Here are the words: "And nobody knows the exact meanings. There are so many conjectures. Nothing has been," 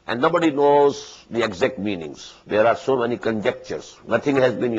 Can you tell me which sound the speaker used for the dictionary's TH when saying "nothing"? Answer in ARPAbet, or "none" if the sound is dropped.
T